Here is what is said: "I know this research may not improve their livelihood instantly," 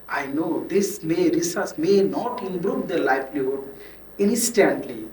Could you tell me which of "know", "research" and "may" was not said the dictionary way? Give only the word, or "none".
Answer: research